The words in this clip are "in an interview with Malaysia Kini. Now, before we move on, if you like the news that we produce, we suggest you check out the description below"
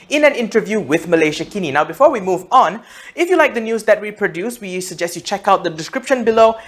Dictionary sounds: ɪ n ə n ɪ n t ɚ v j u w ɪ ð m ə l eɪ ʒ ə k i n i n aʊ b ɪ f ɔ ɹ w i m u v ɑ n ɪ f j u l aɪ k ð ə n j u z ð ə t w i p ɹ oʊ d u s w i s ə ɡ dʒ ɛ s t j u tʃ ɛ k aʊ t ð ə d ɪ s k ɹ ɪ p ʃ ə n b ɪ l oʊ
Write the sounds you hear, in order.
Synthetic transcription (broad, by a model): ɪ n ə n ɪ n t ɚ v j u w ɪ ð m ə l eɪ ʃ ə k i n i n aʊ b ɪ f ɔ ɹ w i m u v ɑ n ɪ f j u l aɪ k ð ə n j u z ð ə t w i p ɹ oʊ d u s w i s ə ɡ dʒ ɛ s t j u tʃ ɛ k aʊ t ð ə d ɪ s k ɹ ɪ p ʃ ə n b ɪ l oʊ